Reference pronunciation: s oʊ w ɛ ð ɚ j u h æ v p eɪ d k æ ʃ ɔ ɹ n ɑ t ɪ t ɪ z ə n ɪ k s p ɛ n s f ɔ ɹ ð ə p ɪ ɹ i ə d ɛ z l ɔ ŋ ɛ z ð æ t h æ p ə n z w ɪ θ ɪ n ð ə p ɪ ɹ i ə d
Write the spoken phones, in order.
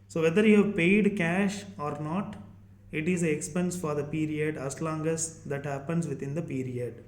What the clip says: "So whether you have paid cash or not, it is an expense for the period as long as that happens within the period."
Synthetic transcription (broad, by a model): s oʊ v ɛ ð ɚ j u h æ v p eɪ d k æ ʃ ɔ ɹ n ɑ t ɪ t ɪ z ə ɪ k s p ɛ n s f ɔ ɹ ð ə p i ɹ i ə d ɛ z l ɔ ŋ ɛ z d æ t h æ p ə n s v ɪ t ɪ n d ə p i ɹ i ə d